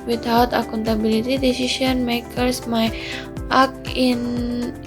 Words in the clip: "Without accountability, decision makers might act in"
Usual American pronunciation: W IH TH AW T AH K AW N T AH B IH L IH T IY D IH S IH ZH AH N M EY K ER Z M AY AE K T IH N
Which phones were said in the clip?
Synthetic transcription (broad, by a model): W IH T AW T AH K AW N T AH B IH L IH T IY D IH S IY SH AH N M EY K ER S M AY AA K IH N